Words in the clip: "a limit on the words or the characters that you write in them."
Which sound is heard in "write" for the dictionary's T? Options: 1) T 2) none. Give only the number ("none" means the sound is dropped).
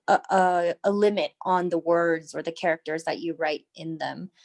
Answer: 1